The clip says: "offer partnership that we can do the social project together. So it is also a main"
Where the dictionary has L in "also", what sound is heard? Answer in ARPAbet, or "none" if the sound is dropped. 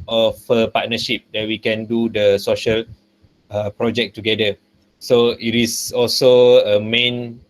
L